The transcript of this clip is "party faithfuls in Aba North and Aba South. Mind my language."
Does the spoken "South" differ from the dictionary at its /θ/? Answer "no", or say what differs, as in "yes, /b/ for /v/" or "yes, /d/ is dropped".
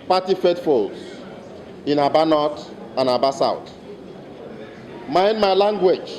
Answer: yes, /t/ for /θ/